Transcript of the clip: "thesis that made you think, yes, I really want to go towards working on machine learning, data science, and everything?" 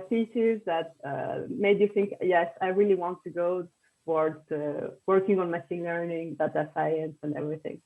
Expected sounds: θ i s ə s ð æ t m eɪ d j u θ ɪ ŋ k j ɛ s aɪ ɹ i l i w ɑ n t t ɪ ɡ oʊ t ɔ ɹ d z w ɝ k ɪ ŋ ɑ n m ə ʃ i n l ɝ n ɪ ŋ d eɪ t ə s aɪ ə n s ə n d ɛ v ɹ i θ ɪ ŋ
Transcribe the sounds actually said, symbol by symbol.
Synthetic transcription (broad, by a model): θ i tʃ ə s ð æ t m eɪ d j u θ ɪ ŋ k j ɛ s aɪ ɹ i l i w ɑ n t t ɪ ɡ oʊ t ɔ ɹ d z w ɝ k ɪ ŋ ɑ n m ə s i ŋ l ɝ n ɪ ŋ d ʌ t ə s aɪ ə n s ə n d ɛ v ɹ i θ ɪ ŋ